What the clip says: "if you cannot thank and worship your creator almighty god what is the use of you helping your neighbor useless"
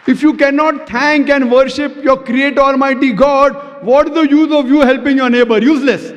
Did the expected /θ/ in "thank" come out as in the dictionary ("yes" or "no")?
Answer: no